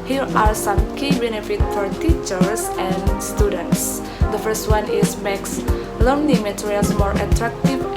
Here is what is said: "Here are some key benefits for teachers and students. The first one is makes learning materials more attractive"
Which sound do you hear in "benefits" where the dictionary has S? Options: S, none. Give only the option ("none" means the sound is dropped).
none